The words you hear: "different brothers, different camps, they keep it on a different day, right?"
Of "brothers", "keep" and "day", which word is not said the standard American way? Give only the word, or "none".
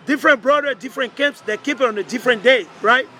brothers